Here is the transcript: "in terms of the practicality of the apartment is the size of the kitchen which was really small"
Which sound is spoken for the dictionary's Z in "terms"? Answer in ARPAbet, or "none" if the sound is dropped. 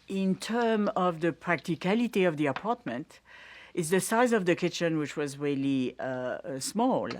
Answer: none